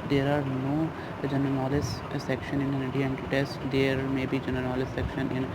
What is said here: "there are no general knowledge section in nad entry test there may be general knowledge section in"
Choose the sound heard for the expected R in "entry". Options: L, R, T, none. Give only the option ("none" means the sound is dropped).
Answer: none